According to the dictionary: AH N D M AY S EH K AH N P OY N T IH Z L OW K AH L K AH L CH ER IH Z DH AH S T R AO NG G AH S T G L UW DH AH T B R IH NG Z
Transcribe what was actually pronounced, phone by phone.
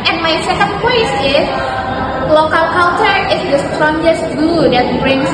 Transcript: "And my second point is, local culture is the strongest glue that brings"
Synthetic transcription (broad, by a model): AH N M AY S EH K AH N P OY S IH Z L OW K AH L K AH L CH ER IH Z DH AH S T R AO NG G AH S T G UW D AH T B R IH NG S